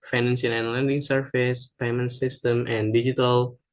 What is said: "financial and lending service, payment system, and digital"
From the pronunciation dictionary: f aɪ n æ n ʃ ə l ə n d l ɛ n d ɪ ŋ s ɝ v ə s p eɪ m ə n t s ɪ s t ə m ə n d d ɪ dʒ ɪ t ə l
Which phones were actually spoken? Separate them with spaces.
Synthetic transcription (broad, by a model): f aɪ n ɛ n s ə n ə n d l ɛ n d ɪ ŋ s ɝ f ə s p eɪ m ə n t s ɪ s t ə m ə n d d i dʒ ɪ t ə l